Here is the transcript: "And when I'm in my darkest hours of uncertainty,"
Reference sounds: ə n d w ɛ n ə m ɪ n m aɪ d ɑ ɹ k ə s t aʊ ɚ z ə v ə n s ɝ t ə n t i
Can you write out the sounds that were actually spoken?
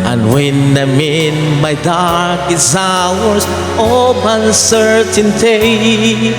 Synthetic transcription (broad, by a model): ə n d w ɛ n ə m ɪ n m aɪ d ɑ ɹ k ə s aʊ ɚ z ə p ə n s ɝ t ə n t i